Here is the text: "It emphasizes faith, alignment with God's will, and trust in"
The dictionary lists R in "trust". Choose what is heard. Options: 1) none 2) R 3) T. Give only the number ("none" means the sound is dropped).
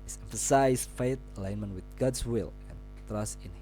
2